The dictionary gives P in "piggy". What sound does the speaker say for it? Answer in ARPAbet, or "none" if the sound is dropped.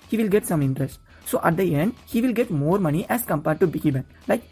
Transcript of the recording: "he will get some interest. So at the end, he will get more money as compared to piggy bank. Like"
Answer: B